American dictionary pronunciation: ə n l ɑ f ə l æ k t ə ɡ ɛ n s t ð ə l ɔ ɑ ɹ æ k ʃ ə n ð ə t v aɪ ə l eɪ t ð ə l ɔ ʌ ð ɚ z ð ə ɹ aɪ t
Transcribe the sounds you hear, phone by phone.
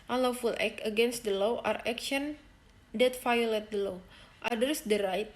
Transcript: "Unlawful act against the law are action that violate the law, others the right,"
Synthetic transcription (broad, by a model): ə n l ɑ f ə l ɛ k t ə ɡ ɛ n s t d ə l ɔ ɑ ɹ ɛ k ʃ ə n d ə t f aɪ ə l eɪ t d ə l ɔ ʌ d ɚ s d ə ɹ aɪ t